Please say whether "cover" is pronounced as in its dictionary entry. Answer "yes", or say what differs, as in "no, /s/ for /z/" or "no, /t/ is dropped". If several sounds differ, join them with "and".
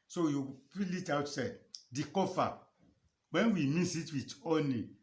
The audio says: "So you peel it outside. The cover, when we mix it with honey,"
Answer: no, /f/ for /v/